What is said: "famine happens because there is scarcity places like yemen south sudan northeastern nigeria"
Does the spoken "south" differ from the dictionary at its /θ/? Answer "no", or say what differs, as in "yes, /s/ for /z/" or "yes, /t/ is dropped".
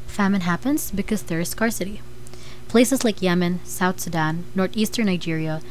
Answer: no